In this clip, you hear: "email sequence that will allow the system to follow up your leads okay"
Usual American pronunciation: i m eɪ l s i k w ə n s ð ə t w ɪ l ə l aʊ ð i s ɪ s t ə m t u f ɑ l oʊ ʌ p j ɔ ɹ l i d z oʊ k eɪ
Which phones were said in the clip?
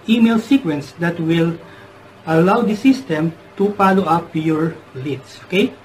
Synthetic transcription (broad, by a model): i m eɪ l s i k w ə n s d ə t w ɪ l ə l aʊ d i s ɪ s t ə m t u p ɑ l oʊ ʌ p j ɔ ɹ l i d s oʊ k eɪ